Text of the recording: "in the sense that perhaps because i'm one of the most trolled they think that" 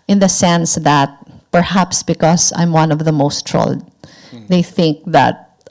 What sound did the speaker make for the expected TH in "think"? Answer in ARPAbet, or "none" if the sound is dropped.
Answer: TH